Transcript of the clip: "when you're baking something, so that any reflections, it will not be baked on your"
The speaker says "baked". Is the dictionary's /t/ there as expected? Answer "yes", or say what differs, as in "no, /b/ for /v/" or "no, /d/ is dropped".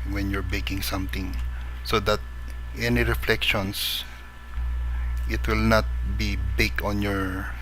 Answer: no, /t/ is dropped